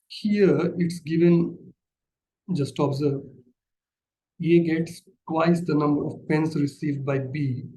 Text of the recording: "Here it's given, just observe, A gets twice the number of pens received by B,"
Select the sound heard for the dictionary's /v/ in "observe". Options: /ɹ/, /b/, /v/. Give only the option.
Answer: /b/